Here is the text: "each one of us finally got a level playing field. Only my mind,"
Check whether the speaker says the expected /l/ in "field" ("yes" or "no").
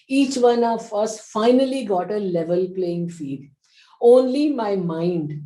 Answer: no